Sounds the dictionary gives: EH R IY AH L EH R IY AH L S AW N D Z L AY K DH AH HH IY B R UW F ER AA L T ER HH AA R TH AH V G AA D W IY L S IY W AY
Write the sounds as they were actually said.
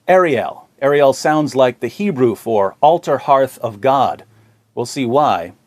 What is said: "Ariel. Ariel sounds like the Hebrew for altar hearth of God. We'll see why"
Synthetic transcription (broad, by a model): EH R IY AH L EH R IY AH L S AW N D Z L AY K DH AH HH IY B R UW F ER AA L T ER HH AA R TH AH V G AA D W IY L S IY W AY